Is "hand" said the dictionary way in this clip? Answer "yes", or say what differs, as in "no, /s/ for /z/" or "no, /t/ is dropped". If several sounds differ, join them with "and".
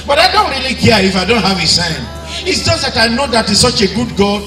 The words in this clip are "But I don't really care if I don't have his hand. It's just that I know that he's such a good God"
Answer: no, /d/ is dropped